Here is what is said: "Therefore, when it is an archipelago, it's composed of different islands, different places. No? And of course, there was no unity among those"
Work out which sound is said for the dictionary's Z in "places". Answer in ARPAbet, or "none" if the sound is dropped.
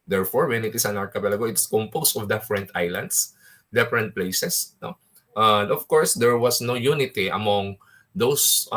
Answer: S